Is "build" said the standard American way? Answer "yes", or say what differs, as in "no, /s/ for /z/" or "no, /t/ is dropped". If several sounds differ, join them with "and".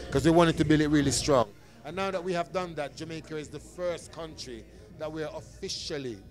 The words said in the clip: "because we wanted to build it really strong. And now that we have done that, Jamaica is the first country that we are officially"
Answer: no, /d/ is dropped